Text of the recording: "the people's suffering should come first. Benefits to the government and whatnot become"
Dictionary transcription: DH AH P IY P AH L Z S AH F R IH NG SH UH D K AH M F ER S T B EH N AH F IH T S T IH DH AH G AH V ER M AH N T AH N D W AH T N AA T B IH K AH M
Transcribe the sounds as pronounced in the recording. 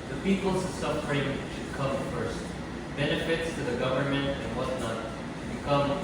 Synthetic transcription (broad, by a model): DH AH P IY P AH L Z S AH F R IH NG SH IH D K AH M F ER S T B EH N AH F IH T S T IH DH AH G AH V ER M AH N T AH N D W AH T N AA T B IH K AH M